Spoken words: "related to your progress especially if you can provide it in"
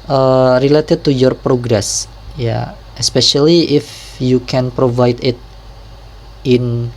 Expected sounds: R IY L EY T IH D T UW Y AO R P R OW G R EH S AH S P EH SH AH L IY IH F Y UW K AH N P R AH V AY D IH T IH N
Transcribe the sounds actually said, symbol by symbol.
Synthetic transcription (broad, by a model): R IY L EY T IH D T UW Y AO R P R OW G R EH S AH S P EH SH AH L IY IH F Y UW K AH N P R AH V AY D IH T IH N